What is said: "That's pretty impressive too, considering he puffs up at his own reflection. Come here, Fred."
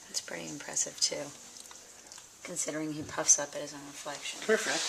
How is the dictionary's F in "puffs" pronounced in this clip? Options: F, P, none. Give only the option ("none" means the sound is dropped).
F